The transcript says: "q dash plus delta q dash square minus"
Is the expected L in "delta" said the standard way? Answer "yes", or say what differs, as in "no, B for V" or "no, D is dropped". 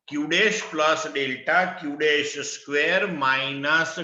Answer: yes